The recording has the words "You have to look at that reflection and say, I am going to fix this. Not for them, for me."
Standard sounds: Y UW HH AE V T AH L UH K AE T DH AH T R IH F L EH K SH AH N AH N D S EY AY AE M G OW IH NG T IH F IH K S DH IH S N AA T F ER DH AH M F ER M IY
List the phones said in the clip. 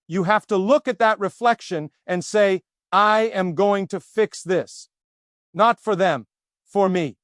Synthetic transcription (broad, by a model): Y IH HH AE F T AH L UH K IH T DH AH T R IH F L EH K SH AH N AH N S EY AY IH M G OW IH NG T IH F IH K S DH IH S N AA T F ER DH AH M F ER M IY